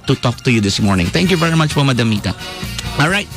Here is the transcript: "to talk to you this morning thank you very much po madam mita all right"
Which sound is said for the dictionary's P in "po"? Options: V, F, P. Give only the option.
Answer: F